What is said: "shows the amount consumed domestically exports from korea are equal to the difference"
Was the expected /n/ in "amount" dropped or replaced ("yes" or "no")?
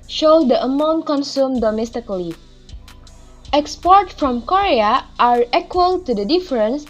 no